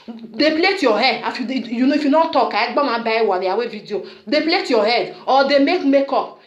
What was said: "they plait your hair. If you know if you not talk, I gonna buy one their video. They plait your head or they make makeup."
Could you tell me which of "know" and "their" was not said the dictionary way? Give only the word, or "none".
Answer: their